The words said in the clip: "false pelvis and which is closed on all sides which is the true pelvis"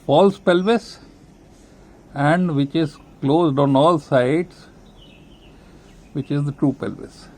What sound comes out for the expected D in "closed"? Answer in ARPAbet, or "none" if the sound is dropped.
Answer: D